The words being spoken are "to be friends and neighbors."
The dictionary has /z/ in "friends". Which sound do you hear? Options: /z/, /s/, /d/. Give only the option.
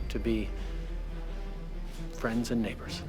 /z/